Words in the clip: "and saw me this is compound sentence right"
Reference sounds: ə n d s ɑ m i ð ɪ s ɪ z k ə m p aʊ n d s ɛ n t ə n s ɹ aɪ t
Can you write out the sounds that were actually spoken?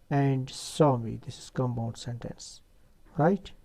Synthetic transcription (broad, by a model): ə n d s ɑ m i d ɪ s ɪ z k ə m b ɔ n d s ɛ n t ə n s ɹ aɪ t